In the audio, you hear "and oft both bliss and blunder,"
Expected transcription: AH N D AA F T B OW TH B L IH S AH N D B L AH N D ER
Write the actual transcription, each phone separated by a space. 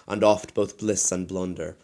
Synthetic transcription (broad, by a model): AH N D AA F T B OW TH B L IH S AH N B L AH N D ER